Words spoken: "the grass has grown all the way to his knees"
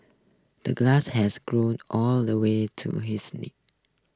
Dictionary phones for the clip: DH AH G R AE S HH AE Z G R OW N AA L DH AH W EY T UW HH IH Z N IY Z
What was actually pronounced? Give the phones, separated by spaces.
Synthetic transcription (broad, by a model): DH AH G L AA S HH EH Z G R OW N AA L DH AH W EY T UW HH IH S N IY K